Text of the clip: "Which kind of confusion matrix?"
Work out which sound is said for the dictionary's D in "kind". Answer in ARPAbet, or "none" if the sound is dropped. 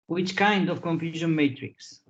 D